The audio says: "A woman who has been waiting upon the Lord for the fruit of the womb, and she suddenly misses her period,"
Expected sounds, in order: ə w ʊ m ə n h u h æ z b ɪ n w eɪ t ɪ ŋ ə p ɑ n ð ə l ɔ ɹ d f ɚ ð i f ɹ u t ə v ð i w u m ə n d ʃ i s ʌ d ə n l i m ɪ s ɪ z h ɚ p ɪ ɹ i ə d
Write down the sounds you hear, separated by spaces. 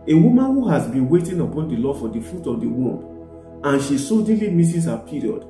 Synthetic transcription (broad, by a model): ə w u m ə n h u h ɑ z b ɪ n w eɪ t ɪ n ə p ɑ n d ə l ɔ f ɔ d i f ɹ u t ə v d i w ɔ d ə n ʃ i s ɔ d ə l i m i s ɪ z h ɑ p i ɹ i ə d